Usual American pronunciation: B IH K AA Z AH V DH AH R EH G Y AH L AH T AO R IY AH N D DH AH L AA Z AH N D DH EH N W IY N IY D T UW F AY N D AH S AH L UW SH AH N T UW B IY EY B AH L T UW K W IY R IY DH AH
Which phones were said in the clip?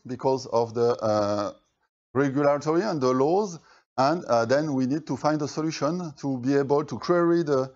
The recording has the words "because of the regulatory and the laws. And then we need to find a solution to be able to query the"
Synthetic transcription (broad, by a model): B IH K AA Z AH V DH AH R EH G Y AH L AH T AO R IY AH N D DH AH L AA Z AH N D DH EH N W IY N IY D T UW F AY N D AH S AH L UW SH AH N T UW B IY EY B AH L T UW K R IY R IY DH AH